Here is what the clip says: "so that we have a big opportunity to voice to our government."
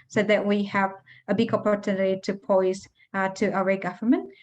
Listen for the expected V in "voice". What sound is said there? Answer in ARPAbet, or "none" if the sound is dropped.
P